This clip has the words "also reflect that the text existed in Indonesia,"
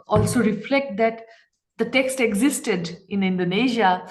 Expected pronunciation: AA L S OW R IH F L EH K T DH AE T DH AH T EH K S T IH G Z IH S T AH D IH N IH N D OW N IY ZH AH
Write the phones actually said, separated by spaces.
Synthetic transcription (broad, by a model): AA L S OW R IH F L EH K T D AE T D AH T EH K S T IH G Z IH S T AH D IH N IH N D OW N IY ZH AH